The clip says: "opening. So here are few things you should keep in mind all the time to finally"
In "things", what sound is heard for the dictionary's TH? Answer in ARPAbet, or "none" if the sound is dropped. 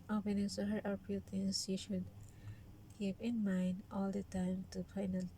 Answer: T